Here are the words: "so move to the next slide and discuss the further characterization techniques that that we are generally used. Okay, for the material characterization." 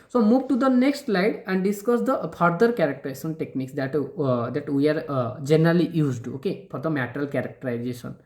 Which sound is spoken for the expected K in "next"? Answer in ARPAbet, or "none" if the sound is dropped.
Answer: K